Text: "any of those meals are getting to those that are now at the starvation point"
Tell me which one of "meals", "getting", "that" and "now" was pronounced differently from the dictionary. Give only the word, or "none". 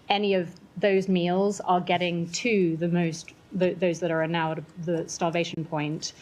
none